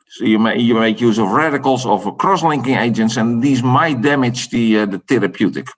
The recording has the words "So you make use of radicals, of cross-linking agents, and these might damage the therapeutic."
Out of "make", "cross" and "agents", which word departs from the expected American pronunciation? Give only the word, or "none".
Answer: none